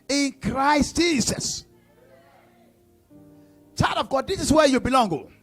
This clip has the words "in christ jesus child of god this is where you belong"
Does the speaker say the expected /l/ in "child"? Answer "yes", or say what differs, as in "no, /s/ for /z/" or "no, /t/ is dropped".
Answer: no, /l/ is dropped